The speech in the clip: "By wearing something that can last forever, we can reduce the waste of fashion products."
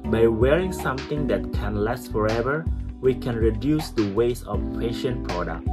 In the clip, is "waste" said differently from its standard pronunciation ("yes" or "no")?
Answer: yes